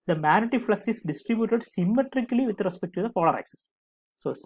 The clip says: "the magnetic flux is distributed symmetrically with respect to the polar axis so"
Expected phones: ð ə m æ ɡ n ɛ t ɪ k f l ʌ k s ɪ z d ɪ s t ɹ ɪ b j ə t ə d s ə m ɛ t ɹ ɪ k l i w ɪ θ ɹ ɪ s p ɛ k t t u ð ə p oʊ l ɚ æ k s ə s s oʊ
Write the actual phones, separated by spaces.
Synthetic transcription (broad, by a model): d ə m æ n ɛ t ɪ f l ʌ k s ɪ s d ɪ s t ɹ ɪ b j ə t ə d s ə m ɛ t ɹ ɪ k l i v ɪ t ɹ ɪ s p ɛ k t t u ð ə p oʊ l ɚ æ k s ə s s oʊ